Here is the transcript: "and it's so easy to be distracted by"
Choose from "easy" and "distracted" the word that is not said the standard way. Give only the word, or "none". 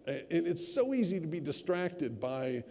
none